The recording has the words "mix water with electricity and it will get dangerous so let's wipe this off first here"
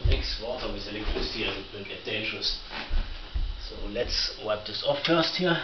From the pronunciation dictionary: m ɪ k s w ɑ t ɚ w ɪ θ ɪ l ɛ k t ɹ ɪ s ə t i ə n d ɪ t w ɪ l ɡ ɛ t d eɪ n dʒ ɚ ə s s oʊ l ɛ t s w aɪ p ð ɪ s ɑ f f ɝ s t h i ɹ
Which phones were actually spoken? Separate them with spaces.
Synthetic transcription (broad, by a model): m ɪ k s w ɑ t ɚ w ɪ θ ɪ l ɛ k t ɹ ɪ s ə t i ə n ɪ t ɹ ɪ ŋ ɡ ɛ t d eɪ n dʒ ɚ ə s s oʊ l ɛ t s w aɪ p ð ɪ s ɑ f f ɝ s t h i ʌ